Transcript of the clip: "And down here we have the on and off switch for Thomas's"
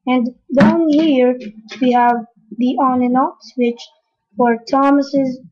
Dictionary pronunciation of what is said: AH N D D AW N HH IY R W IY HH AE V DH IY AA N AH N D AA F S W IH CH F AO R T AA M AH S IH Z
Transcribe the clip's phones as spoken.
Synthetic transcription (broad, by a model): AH N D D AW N HH IY R W IY HH AE V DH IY AA N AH N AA P S W IH CH F AO R T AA M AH S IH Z